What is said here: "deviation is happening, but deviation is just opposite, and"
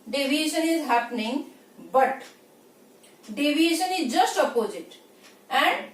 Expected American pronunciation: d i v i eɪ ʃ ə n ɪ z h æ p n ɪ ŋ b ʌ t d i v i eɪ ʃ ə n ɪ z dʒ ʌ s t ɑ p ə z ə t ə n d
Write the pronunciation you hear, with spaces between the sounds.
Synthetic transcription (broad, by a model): d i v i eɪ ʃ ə n ɪ z h æ p n ɪ ŋ b ʌ t d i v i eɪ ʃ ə n ɪ z dʒ ʌ s t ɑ p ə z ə t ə n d